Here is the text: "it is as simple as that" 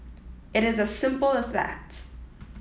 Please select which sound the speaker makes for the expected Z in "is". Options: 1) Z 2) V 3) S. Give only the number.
1